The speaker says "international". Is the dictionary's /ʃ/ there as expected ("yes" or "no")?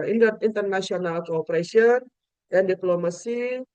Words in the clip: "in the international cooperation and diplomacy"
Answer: no